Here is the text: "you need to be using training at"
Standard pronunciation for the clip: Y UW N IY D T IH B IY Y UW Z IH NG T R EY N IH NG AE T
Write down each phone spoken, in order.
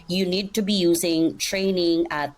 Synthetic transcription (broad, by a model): Y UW N IY D T IH B IY Y UW Z IH NG T R EY N IH NG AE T